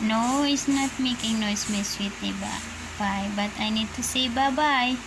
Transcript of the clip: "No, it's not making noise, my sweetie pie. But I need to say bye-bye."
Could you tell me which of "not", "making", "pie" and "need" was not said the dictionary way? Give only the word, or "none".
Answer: pie